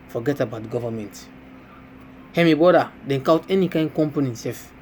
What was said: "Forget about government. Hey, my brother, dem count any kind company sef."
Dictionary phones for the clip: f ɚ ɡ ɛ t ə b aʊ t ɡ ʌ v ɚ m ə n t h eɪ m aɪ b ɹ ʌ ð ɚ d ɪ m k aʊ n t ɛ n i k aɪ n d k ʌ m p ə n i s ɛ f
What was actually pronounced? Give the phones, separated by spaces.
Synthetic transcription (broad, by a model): f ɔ ɡ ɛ t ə b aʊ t ɡ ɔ v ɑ m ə n t h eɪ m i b ɔ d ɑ d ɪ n k aʊ t ɛ n i k aɪ n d k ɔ m p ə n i s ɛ f